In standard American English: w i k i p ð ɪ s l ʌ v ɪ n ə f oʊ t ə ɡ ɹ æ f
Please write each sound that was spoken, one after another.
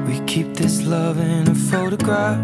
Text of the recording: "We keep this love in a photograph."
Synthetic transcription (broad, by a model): w i k i p ð ɪ s l ʌ v ɪ n ə f oʊ t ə ɡ ɹ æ f